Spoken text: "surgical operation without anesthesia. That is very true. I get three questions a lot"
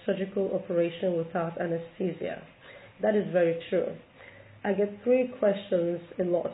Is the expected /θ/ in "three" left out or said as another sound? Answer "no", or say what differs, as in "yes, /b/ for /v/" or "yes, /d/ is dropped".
no